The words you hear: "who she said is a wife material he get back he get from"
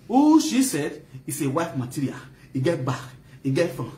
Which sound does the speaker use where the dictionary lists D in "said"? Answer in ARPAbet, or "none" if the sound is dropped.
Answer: D